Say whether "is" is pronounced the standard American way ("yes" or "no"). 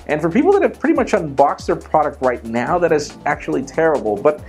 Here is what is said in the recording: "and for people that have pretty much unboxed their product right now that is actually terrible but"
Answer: yes